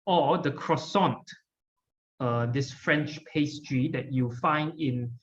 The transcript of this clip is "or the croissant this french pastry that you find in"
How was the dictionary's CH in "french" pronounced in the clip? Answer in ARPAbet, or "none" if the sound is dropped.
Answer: CH